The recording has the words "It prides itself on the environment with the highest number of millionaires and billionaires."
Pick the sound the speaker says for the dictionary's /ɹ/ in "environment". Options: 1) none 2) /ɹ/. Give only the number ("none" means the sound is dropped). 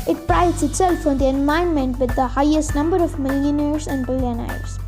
1